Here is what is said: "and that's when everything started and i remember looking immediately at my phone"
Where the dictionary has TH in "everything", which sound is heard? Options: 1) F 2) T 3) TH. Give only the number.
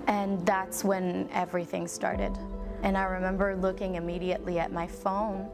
3